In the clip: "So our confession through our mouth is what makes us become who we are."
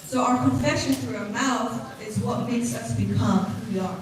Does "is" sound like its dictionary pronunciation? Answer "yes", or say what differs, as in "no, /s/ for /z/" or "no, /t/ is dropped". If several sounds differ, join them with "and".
yes